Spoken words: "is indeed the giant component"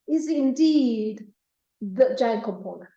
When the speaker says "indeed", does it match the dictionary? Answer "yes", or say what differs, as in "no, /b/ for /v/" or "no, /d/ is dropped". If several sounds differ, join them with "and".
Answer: yes